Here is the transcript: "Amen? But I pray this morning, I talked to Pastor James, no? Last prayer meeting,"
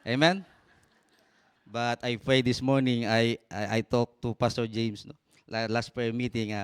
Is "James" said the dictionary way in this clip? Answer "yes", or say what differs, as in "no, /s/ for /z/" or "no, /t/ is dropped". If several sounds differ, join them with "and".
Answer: no, /s/ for /z/